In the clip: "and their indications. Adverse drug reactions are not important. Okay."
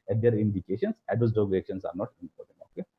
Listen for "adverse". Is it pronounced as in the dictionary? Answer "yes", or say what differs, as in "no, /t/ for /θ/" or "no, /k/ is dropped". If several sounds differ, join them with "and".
no, /v/ is dropped